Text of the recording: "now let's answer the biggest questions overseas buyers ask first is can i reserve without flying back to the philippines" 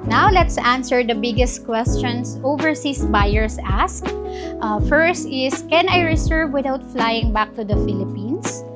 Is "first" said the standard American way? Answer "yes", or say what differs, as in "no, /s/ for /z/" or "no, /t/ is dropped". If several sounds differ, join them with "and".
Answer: yes